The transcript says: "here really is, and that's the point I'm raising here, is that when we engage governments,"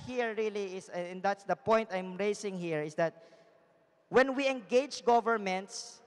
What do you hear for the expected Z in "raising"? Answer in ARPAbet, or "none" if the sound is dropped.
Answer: S